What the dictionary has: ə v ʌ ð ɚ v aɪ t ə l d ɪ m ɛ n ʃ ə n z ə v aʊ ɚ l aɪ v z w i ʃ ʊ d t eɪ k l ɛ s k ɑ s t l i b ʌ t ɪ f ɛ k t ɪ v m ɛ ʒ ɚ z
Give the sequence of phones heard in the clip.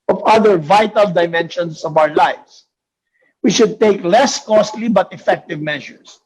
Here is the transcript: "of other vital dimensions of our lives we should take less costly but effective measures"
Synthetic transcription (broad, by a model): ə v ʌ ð ɚ v aɪ t ə l d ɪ m ɛ n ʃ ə n s ə v aʊ ɚ l aɪ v s w i ʃ ʊ d t eɪ k l ɛ s k ɑ s t l i b ʌ t ɪ f ɛ k t ɪ v m ɛ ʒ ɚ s